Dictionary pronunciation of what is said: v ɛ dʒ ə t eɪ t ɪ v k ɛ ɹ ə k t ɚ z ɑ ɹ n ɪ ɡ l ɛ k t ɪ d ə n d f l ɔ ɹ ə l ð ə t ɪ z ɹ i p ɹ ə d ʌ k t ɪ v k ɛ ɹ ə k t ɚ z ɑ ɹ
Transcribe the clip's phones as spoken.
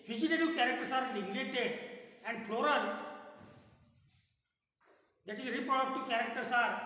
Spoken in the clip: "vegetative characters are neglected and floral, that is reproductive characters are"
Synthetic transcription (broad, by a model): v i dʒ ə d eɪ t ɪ k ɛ ɹ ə k t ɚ s ɑ ɹ l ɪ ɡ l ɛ t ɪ d ə n d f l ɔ ɹ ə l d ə t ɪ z ɹ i p ɹ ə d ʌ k t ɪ k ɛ ɹ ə k t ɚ s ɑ ɹ